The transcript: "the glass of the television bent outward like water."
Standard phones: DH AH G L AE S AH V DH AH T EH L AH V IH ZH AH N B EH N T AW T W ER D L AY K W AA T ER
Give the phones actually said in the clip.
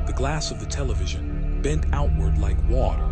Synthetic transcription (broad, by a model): DH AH G L AE S AH V DH AH T EH L AH V IH ZH AH N B EH N T AW T W ER D L AY K W AA T ER